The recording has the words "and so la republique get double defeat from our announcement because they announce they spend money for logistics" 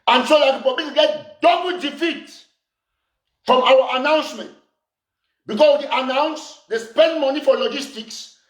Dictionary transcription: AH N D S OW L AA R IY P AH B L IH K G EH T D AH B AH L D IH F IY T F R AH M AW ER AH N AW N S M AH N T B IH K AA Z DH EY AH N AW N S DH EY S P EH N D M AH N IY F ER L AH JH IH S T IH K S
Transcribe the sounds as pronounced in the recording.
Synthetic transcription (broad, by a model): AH N S OW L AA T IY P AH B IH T G EH T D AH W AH D IH F IY T F R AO M AW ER AH N AW N S M AH N T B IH K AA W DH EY AH N AW N S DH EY S P EH N D M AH N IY F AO L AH JH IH S T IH K S